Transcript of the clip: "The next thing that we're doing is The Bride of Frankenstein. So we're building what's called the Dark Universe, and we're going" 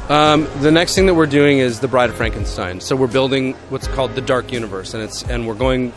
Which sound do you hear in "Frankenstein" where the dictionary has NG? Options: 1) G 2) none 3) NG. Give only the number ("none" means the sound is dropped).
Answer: 3